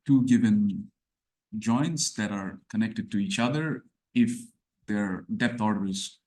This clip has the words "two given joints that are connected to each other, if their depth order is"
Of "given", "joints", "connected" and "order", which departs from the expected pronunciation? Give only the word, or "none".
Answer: none